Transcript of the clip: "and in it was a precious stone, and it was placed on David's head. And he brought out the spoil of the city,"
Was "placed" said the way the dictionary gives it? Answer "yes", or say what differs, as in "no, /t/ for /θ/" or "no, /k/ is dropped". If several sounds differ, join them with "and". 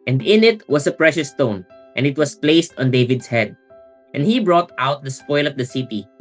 yes